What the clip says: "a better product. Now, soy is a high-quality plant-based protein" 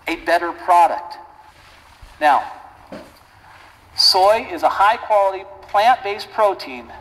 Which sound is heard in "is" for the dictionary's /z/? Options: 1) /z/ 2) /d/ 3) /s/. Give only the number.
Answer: 1